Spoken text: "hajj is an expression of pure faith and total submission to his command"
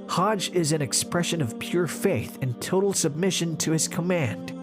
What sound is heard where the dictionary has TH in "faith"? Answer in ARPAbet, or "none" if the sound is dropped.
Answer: TH